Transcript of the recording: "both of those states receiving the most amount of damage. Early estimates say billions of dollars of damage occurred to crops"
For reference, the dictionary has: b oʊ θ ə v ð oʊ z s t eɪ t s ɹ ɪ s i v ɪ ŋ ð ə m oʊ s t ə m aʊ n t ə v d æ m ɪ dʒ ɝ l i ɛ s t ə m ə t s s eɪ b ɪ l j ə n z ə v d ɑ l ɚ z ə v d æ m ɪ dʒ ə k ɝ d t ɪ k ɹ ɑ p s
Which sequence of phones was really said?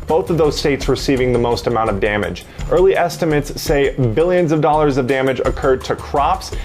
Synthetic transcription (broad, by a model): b oʊ θ ə v ð oʊ z s t eɪ t s ɹ ɪ s i v ɪ ŋ ð ə m oʊ s t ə m aʊ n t ə v d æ m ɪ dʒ ɝ l i ɛ s t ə m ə t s s eɪ b ɪ l j ə n z ə v d ɑ l ɚ z ə v d æ m ɪ dʒ ə k ɝ d t ɪ k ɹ ɑ p s